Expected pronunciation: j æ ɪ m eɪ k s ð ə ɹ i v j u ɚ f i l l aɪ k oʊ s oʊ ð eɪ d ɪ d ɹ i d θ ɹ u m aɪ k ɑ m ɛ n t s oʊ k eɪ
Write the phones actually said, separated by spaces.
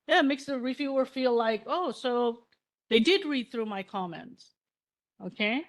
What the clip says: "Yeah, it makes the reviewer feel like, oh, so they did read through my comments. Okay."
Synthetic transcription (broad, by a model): j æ m eɪ k s ð ə ɹ i v j u ɚ f i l l aɪ k oʊ s oʊ ð eɪ d ɪ d ɹ i d θ ɹ u m aɪ k ɑ m ɛ n t s oʊ k eɪ